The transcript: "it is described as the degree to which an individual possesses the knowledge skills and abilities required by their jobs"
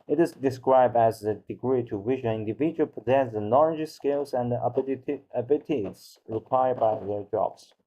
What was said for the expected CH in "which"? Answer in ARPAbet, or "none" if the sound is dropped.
SH